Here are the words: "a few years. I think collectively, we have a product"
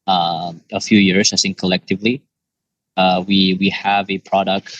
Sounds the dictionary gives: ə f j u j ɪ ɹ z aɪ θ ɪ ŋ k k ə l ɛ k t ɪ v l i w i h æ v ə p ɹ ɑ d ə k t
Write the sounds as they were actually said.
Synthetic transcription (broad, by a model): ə f j u j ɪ ɹ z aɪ s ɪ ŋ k k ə l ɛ k t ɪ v l i w i h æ v ə p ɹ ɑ d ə k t